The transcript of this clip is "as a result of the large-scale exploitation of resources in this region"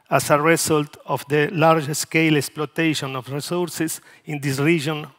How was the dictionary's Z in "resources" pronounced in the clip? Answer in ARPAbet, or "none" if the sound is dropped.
S